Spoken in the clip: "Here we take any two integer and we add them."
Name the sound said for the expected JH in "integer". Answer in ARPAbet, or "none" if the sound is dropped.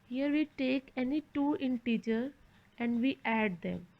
CH